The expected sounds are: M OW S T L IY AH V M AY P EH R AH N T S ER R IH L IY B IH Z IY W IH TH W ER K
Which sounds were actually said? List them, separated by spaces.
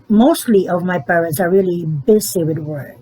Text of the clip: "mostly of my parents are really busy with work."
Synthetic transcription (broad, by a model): M OW S T L IY AH V M AY P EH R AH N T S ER R IH L IY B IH S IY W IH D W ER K